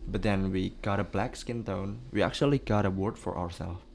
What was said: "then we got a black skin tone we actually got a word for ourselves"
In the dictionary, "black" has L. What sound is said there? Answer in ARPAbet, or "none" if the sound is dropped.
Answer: L